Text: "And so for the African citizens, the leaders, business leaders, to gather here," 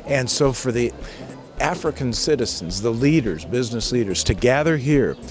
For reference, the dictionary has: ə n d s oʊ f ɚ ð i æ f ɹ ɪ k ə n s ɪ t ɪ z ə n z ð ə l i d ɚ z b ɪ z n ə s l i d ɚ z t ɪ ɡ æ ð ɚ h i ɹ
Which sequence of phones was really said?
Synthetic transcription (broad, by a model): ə n s oʊ f ɚ ð i æ f ɹ ɪ k ə n s ɪ t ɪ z n z ð ə l i d ɚ z b ɪ z n ə s l i d ɚ z t ɪ ɡ æ ð ɚ h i ɹ